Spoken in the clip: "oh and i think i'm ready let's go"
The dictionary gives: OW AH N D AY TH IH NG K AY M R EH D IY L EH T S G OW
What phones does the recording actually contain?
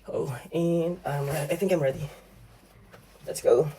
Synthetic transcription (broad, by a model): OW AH N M AY TH IH NG K AY M R EH D IY L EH T S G OW